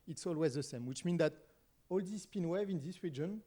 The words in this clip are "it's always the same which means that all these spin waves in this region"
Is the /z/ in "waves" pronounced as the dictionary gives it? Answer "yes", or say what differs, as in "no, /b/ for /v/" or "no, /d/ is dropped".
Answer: no, /z/ is dropped